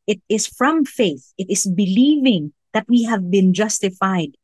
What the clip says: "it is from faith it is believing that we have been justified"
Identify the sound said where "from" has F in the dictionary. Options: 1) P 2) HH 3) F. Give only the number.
3